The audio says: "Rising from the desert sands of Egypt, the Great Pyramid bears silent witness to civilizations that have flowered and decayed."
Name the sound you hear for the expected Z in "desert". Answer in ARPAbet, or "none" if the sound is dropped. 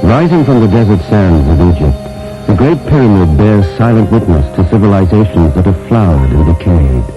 Z